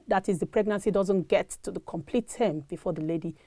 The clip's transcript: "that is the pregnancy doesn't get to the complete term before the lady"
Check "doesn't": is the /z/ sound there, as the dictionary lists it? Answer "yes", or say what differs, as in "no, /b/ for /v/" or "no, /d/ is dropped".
yes